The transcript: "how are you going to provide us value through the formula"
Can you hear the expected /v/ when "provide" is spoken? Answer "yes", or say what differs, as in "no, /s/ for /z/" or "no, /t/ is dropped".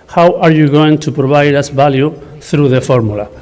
no, /b/ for /v/